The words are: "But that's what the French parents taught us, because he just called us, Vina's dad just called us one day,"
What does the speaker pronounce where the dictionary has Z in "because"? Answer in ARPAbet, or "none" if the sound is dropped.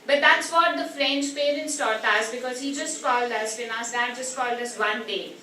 Z